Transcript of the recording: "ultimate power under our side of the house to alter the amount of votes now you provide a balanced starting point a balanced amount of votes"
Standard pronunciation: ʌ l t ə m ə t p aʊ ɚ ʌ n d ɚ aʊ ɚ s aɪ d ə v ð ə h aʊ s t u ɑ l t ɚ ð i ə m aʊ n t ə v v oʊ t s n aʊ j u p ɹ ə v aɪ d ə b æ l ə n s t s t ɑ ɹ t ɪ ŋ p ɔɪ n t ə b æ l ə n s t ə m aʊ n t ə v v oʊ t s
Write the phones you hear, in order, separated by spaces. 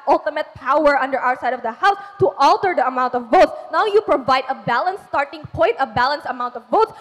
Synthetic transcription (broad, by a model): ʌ l t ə m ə t p aʊ ɚ ʌ n d ɚ aʊ ɚ s aɪ d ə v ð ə h aʊ s t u ɑ l t ɚ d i ə m aʊ n t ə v v oʊ t s n aʊ j u p ɹ ə v aɪ d ə b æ l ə n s s t ɑ ɹ t ɪ ŋ p ɔɪ n t ə b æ l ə n s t ə m aʊ n t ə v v oʊ t s